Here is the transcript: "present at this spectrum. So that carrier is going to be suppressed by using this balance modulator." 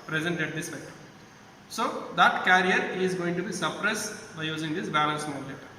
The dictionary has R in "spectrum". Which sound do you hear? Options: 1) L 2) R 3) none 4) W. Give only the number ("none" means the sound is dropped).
3